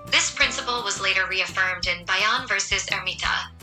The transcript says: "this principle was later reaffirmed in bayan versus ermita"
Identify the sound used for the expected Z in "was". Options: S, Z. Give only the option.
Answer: Z